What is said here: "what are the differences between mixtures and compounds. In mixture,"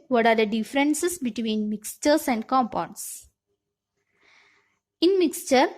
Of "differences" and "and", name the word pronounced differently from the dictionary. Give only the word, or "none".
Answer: differences